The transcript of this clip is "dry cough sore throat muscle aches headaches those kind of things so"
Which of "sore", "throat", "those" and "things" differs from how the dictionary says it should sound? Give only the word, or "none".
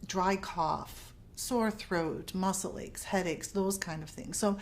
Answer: none